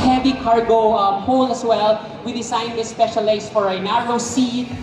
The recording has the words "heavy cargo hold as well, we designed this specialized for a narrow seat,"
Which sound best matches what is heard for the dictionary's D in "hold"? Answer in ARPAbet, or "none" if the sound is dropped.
none